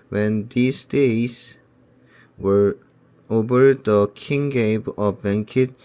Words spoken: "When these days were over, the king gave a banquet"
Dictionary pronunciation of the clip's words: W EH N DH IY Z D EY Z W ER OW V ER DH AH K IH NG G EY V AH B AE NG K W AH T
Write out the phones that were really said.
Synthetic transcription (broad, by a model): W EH N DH IY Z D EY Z W ER OW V ER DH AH K IH NG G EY B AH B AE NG K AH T